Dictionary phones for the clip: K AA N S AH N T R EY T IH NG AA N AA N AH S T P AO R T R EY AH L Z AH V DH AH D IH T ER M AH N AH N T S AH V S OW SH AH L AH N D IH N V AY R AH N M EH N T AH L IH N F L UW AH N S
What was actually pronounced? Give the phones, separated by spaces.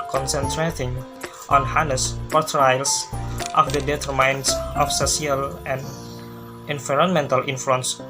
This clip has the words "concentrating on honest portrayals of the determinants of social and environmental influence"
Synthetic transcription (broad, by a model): K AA N S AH N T R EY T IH NG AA N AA N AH S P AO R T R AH L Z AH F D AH D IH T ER M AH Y N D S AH F S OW S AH L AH N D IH N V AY R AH N M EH N T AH L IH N F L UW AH N S